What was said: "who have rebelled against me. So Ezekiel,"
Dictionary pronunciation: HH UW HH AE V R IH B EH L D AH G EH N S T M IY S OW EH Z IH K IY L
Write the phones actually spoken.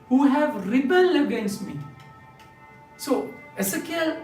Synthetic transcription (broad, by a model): HH UW HH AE V R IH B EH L AH G EH N S T M IY S OW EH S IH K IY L